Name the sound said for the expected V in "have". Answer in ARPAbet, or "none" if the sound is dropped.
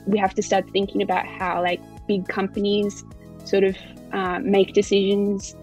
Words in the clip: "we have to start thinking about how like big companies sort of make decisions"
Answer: F